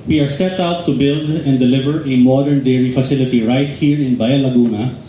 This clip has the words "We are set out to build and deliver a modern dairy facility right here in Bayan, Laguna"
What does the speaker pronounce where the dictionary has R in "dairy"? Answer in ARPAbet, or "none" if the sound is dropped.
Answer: R